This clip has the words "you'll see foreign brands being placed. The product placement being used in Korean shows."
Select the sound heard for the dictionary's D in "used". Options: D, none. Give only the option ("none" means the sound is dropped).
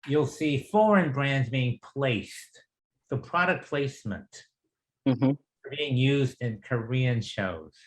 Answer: D